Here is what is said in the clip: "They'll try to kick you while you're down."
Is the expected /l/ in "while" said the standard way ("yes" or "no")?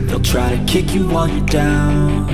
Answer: no